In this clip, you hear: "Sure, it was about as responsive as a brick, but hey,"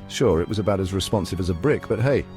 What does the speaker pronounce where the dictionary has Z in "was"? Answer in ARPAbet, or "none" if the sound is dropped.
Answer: Z